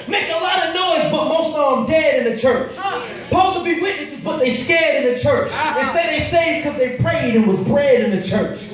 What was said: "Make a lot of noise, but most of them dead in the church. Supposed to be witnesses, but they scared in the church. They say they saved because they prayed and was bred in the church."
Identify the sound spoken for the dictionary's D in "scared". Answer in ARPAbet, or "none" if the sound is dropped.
D